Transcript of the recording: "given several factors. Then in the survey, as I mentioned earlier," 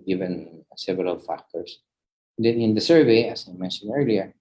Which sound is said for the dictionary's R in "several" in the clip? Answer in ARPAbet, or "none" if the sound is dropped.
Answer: none